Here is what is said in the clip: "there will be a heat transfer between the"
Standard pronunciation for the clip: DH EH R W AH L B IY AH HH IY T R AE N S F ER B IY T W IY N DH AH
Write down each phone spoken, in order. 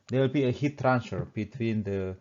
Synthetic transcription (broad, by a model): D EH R W AH L B IY AH HH IY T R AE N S ER B IY T W IY N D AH